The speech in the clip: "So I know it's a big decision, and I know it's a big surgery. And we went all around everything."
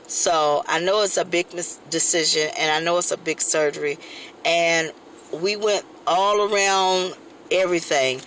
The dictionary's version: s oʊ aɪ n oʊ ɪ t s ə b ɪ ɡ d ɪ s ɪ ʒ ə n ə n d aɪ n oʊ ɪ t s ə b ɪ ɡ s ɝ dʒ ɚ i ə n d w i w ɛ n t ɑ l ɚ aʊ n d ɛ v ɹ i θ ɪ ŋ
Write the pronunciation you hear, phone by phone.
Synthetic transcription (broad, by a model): s oʊ aɪ n oʊ ɪ t s ə b ɪ ɡ d ɪ s ɪ ʒ ə n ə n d aɪ n oʊ ɪ t s ə b ɪ ɡ s ɝ dʒ ɚ i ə n w i w ɛ n t ɑ l ɚ aʊ n d ɛ v ɹ i θ ɪ ŋ